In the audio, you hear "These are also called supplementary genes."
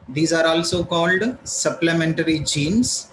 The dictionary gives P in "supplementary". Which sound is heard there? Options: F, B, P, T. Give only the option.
P